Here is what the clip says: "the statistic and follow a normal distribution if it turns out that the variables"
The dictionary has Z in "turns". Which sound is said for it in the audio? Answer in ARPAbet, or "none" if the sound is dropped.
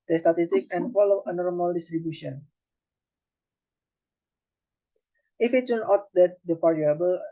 none